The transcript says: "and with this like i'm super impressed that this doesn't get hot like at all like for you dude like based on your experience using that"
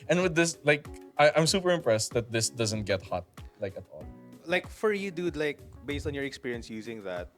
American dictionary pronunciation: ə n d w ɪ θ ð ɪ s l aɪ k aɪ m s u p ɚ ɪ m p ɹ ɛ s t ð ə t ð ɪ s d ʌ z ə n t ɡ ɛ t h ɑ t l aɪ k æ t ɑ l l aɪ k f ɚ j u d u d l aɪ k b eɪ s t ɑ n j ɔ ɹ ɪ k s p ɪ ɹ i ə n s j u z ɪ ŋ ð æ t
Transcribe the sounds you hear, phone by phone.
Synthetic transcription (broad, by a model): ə n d w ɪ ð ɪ s l aɪ k aɪ m s u p ɚ ɪ m p ɹ ɛ s t ð ə t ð ɪ s d ʌ z ə n t ɡ ɛ t h ɑ t l aɪ k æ t ɑ l l aɪ k f ɚ j u d u d l aɪ k b eɪ s t ɑ n j ɔ ɹ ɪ k s p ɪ ɹ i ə n s j u z ɪ ŋ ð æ t